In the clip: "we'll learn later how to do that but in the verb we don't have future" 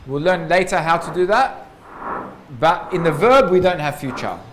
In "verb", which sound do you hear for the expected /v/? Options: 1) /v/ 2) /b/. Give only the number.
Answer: 1